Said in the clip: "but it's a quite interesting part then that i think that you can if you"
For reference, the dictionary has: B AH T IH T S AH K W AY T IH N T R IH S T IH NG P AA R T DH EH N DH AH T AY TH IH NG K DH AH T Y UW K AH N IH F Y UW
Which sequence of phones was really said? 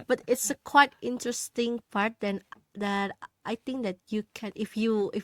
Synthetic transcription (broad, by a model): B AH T IH T S AH K W AY T IH N T R IH S T IH NG P AA R T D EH N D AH T AY T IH NG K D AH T Y UW K AH N IH F Y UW